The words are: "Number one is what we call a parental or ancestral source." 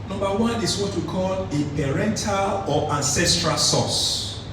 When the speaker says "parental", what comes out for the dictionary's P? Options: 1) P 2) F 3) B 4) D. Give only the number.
1